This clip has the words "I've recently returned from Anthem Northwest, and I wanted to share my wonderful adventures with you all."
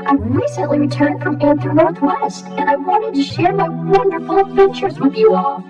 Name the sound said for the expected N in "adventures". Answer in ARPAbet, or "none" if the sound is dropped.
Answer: none